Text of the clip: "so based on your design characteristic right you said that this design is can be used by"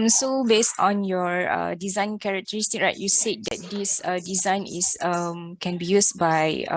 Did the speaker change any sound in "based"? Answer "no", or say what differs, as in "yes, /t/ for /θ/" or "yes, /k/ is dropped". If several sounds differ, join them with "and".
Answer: no